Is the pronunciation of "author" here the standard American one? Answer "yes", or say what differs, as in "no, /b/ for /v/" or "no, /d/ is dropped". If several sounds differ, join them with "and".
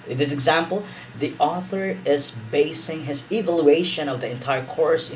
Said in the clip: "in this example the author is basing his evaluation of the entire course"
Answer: yes